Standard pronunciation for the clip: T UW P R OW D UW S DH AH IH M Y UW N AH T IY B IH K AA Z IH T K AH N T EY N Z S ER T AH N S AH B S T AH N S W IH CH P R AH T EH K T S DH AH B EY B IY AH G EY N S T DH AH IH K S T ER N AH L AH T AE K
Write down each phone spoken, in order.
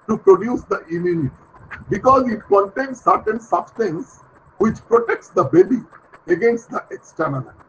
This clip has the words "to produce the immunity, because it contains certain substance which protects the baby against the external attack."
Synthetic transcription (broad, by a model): T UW P R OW D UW S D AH IH M Y UW N AH T IY B IH K AA Z IH T K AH N T EY N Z S ER T AH N S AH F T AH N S W IH CH P R AH T EH K T S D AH B EY B IY AH G EY N S T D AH IH K S T ER N AH L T